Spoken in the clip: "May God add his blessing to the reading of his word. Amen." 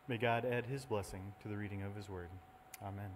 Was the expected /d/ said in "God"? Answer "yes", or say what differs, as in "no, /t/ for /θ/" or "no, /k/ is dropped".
yes